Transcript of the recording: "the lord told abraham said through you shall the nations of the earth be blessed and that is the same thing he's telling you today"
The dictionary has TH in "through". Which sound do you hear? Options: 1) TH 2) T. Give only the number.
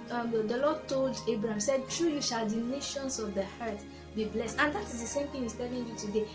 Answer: 2